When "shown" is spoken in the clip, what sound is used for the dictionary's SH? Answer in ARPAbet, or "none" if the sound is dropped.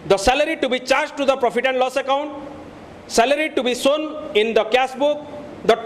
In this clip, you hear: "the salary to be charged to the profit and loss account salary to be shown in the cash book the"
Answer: S